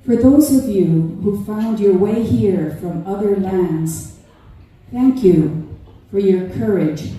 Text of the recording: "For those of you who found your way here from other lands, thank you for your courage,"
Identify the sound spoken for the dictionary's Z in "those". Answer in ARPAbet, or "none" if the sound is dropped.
Z